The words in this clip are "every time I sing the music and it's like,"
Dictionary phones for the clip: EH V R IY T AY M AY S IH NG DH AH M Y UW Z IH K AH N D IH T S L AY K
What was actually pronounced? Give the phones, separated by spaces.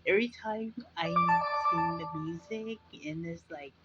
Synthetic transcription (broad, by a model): EH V R IY T AY M AY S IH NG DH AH M Y UW Z IH K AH N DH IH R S L AY K